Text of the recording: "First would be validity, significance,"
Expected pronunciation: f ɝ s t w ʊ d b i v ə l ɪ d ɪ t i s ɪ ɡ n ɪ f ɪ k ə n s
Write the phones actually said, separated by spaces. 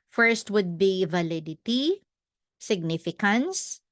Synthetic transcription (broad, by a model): f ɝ s t w ʊ d b i v ə l ɪ d ɪ t i s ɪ ɡ n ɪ f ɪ k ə n s